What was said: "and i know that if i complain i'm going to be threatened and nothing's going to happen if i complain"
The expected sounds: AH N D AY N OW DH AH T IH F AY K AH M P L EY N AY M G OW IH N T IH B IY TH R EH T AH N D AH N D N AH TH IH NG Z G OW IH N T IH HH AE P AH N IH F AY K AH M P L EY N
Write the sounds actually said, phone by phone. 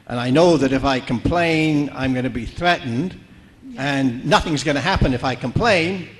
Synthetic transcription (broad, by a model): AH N AY N OW DH AH T IH F AY K AH M P L EY N AY M G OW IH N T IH B IY TH R EH T N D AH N N AH TH IH NG Z G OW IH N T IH HH AE P AH N IH F AY K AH M P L EY N